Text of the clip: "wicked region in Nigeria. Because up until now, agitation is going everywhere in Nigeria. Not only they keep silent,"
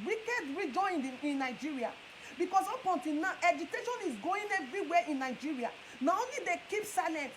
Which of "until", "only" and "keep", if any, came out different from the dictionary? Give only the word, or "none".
until